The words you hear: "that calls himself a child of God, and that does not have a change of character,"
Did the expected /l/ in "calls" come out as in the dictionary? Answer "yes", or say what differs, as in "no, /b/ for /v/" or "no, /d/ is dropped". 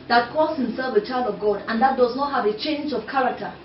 no, /l/ is dropped